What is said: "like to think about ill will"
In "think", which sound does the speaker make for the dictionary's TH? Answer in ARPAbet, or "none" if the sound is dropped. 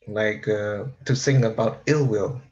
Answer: S